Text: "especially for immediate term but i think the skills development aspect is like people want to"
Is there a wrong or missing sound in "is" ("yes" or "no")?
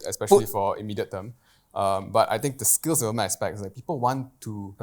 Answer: yes